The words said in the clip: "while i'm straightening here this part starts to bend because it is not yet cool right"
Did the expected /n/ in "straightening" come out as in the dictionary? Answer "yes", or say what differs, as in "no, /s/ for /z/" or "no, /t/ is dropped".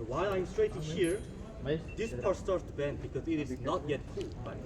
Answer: no, /n/ is dropped